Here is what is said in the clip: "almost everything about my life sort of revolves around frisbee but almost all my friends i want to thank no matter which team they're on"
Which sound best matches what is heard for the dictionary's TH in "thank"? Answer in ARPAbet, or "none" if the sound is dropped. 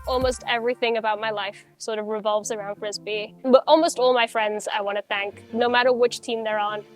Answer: TH